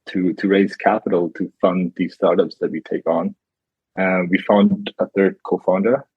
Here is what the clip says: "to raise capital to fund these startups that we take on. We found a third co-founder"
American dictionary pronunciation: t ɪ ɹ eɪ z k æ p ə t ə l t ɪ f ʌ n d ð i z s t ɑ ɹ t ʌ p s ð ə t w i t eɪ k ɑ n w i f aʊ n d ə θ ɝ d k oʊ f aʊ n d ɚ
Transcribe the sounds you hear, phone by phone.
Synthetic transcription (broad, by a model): t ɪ ɹ eɪ z k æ p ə t l t ɪ f ʌ n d ð i z s t ɑ ɹ t ʌ p s ð ə t w i t eɪ k n w i f aʊ n d ə θ ɝ d k oʊ f aʊ n d ɚ